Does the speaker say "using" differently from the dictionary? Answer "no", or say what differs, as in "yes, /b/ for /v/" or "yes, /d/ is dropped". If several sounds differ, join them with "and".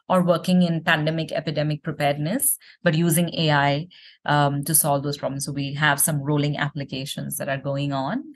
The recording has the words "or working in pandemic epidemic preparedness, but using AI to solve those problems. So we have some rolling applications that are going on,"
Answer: no